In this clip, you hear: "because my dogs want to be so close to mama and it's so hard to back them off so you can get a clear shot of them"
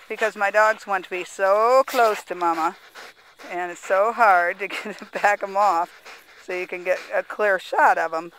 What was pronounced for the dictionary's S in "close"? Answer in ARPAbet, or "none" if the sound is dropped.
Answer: S